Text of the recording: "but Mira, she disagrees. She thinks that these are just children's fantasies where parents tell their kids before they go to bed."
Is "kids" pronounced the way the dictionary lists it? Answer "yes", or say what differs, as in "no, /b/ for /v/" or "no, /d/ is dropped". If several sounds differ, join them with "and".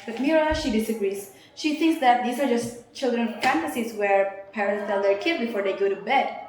no, /z/ is dropped